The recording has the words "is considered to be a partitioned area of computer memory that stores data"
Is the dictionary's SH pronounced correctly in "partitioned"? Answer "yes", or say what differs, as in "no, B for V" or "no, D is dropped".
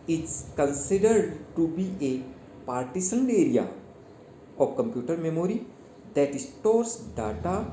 no, S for SH